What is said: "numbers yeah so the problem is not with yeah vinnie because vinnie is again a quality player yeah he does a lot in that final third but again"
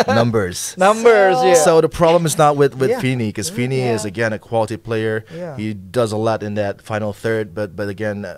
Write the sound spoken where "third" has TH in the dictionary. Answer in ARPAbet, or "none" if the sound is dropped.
TH